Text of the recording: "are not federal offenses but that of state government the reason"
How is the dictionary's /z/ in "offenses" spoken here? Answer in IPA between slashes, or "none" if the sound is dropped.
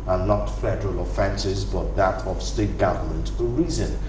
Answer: /z/